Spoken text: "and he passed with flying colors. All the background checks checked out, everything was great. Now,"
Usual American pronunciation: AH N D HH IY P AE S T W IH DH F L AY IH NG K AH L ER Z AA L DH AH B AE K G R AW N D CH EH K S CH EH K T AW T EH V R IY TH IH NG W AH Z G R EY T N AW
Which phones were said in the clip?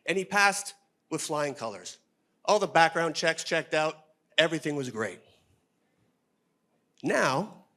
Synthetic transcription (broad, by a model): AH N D IY P AE S T W IH DH F L AY IH NG K AH L ER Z AA L DH AH B AE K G R AW N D CH EH K S CH EH K T AW T EH V R IY TH IH NG W AH Z G R EY T N AW